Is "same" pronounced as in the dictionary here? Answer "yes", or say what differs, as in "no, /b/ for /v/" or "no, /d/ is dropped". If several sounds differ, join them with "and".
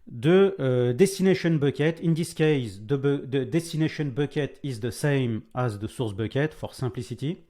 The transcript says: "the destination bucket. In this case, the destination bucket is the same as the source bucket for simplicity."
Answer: yes